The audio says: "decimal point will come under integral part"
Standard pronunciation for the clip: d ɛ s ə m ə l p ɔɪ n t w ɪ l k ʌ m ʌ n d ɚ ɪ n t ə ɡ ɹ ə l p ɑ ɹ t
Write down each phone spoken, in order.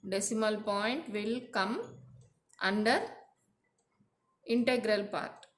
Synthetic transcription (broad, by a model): d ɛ s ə m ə l p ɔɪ n t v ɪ l k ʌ m ʌ n d ɚ ɪ n t ə ɡ ɹ ə l p ɑ ɹ t